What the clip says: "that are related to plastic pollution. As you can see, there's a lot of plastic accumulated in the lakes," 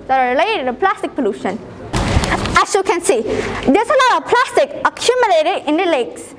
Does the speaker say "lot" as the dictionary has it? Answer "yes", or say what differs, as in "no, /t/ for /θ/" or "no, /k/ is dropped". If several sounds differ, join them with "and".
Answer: no, /n/ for /l/